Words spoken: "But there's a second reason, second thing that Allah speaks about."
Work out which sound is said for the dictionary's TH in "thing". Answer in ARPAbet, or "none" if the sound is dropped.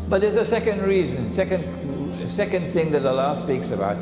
TH